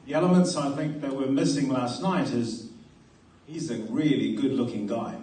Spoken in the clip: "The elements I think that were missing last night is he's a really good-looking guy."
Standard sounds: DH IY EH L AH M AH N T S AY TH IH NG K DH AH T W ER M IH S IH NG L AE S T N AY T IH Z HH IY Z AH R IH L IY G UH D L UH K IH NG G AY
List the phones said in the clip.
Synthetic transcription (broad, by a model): DH IY EH L AH M AH N T S AY TH IH NG K DH AH T W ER M IH S IH NG L AE S T N AY T IH Z HH IY Z AH R IH L IY G UH D L UH K IH NG G AY